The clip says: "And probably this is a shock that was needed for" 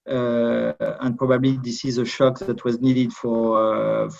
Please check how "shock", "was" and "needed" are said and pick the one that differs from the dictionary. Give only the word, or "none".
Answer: none